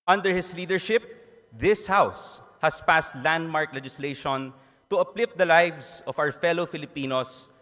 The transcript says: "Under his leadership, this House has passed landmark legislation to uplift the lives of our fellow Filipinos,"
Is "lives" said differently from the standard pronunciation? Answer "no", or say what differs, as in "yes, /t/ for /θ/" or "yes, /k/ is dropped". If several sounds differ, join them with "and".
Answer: yes, /s/ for /z/